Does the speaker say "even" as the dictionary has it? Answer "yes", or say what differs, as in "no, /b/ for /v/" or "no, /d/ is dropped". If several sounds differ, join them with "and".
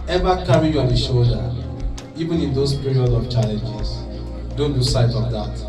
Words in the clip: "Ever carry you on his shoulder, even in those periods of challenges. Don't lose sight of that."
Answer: yes